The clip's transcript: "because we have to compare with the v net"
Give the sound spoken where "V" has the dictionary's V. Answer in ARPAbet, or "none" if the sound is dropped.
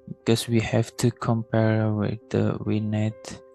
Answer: W